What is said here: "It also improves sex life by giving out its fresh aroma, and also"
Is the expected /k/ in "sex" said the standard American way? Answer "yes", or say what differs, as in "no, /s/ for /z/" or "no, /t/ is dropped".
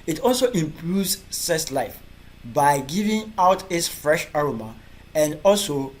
no, /k/ is dropped